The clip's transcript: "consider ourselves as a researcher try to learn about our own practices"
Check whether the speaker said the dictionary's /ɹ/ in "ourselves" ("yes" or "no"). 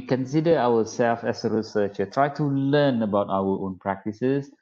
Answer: no